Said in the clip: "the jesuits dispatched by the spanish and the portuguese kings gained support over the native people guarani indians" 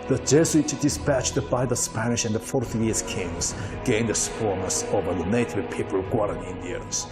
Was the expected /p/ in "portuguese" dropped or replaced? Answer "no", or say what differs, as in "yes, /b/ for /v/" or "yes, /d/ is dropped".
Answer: yes, /f/ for /p/